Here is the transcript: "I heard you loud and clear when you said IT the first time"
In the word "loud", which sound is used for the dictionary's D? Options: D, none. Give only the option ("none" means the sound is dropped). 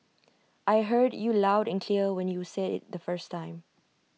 D